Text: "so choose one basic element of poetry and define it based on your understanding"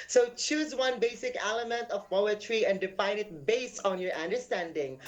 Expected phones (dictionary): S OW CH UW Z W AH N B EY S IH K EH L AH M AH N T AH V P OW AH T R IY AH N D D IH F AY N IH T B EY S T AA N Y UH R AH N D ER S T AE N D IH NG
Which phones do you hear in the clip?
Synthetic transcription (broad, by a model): S OW CH UW Z W AH N B EY S IH K EH L AH M AH N T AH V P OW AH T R IY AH N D D IH F AY N IH T B EY S T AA N Y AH R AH N D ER S T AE N D IH NG